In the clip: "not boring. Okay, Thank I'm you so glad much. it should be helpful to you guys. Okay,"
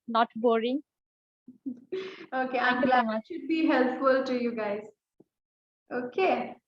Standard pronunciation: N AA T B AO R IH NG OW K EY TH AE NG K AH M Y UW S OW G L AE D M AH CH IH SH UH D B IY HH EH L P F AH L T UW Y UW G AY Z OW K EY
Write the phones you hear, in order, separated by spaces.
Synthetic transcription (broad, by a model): N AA T B AO R IH NG OW K EY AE K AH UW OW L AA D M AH IH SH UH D B IY HH EH L P F AH L T UW Y UW G AY Z OW K EY